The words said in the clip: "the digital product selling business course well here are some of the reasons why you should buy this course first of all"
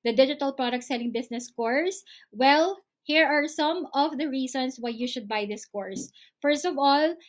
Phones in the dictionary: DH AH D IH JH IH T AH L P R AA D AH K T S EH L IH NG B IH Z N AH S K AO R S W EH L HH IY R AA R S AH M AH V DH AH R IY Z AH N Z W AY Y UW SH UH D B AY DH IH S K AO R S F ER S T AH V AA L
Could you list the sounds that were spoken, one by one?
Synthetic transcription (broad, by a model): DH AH D IH JH IH T AH L P R AA D AH K T S EH L IH NG B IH S N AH S K AO R S W EH L HH IY R AA R S AH M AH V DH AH R IY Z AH N S W AY Y UW SH UH D B AY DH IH S K AO R S F ER S T AH V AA L